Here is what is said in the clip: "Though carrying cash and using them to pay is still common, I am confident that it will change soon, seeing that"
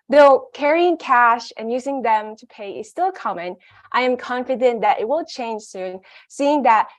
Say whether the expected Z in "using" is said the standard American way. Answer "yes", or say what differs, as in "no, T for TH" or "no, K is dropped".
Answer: yes